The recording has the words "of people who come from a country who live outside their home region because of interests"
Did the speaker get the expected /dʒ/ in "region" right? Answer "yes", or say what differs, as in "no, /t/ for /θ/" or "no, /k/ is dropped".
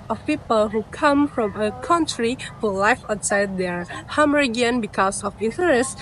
no, /dʒ/ is dropped